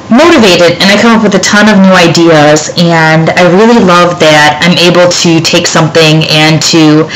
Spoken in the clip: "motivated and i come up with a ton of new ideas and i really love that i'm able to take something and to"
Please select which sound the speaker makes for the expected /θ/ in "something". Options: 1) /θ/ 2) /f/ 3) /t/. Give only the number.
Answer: 1